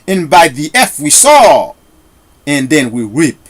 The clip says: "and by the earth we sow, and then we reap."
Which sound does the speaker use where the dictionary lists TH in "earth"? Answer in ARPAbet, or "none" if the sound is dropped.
F